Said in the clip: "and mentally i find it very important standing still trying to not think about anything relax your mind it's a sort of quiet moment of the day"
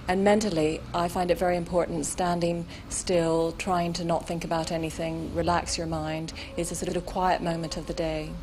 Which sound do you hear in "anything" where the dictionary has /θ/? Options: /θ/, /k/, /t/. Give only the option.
/θ/